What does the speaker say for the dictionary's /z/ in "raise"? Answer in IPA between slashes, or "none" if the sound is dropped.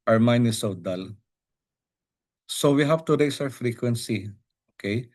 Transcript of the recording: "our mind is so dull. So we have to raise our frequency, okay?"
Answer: /s/